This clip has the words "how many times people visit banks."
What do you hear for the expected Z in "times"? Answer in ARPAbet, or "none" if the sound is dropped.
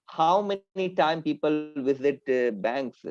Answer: none